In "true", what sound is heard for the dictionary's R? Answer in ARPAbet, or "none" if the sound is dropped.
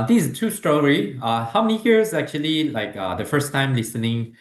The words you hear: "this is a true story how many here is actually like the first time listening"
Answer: none